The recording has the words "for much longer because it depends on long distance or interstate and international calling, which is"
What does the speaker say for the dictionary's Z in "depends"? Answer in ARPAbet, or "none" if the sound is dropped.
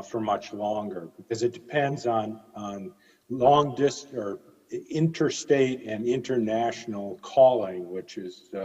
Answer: Z